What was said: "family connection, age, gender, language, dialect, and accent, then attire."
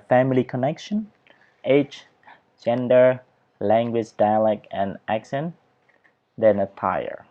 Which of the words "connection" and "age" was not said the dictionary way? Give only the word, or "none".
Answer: age